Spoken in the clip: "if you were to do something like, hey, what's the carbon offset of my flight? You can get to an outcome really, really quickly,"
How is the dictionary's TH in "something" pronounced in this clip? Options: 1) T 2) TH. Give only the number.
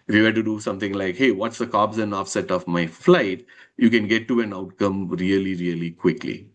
1